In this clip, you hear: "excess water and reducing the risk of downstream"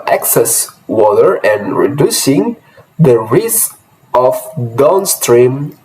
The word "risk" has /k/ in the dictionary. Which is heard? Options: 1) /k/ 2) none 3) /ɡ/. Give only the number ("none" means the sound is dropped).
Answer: 2